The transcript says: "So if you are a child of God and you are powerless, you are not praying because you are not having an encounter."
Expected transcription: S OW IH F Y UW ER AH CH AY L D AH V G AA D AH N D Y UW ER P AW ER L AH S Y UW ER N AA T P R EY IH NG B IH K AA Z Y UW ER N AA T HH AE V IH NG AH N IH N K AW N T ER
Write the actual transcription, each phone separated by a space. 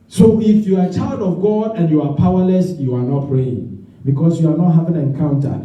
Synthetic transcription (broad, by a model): S OW IH F Y UW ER AH CH AY L D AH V G AA D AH N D Y UW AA P AW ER L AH S Y UW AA N AA T P R EY IH NG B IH K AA S Y UW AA N AA T HH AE V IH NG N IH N K AW N T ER